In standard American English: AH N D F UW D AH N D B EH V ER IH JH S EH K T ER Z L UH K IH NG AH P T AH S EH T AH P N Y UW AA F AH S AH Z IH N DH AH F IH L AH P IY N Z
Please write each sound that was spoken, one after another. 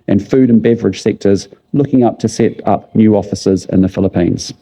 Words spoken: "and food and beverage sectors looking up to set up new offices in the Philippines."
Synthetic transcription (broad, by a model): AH N F UW D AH N B EH V ER IH JH S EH K T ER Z L UH K IH NG AH P T AH S EH T AH P N Y UW AA F AH S AH Z IH N DH AH F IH L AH P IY N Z